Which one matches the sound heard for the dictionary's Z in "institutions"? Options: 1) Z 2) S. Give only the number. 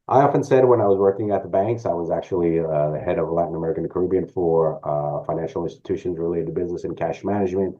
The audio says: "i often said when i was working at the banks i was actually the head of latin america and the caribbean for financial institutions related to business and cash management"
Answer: 1